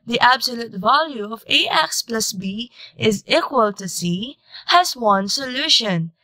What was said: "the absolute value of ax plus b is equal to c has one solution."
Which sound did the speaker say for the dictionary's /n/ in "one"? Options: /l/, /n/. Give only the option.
/n/